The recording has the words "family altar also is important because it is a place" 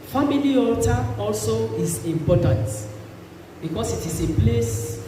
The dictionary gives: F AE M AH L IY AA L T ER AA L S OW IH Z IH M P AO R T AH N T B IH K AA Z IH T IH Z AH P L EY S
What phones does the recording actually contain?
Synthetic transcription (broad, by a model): F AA M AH L IY AA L T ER AA L S OW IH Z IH M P AO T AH N T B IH K AA S IH T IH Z AH P L EY S